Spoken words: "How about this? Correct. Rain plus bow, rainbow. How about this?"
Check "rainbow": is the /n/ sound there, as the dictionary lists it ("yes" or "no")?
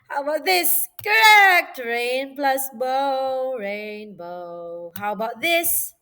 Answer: yes